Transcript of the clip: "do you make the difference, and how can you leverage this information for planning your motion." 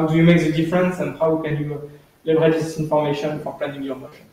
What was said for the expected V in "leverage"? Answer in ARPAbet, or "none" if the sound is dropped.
B